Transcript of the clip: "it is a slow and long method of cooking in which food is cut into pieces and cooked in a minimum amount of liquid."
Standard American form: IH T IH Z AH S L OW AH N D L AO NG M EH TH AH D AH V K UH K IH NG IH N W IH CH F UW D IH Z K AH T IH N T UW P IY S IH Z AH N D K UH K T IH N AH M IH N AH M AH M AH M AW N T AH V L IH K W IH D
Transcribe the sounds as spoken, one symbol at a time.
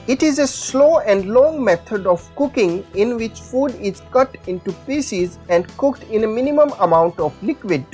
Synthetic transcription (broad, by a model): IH T IH Z AH S L OW AH N D L AO NG M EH T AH D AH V K UH K IH NG IH N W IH CH F UW D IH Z K AH T IH N T UW P IY S IH Z AH N D K UH K T IH N AH M IH N AH M AH M AH M AW N T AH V L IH K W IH D